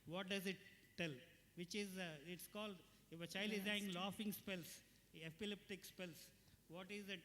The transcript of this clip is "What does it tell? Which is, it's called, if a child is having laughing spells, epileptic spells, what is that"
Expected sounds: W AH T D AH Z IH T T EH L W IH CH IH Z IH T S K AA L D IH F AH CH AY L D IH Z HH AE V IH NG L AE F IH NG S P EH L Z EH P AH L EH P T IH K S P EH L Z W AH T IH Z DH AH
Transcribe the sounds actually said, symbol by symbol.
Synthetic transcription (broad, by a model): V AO T D AH Z IH T T EH L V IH CH IH Z IH T S K AA L D IH F AH CH AY L D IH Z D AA IH NG L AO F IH NG S P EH L S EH P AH L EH P T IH K S P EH L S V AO T IH Z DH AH